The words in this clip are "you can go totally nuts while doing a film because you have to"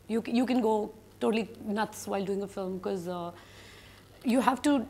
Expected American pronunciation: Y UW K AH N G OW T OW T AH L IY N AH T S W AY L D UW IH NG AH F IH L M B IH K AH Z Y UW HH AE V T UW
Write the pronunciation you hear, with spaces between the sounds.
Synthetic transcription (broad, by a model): Y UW K AH N G OW T OW T AH L IY N AH T S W AY L D UW IH NG AH F IH L M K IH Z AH Y UW HH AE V T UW